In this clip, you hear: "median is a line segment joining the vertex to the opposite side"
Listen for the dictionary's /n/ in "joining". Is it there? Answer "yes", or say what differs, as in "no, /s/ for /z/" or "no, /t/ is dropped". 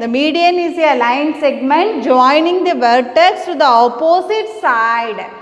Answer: yes